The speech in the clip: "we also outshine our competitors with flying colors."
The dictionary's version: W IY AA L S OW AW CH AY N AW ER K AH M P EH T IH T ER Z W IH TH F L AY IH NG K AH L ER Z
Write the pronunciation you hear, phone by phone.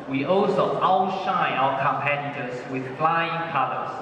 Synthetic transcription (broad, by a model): W IY AA L S OW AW SH AY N AW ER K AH M P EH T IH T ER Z W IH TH F L AY IH NG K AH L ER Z